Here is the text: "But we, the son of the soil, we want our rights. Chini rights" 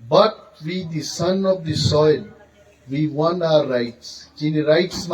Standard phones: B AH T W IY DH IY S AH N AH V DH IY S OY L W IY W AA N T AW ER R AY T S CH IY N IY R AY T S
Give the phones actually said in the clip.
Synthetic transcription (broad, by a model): B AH T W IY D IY S AH N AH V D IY S OY L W IY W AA N AW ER R AY T S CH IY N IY R AY T S